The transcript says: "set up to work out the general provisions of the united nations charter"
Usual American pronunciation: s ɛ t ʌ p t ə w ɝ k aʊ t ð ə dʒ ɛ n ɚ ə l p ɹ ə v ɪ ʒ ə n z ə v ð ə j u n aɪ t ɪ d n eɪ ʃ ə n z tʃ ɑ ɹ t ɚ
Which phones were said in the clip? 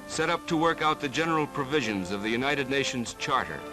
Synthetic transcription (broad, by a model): s ɛ t ʌ p t ə w ɝ k aʊ t ð ə dʒ ɛ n ɚ l p ɹ ə v ɪ ʒ ə n z ə v ð ə j u n aɪ t ɪ d n eɪ ʃ ə n z tʃ ɑ ɹ t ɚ